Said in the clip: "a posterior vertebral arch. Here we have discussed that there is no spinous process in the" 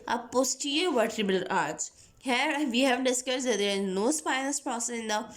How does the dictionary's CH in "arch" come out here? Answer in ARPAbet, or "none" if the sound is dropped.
S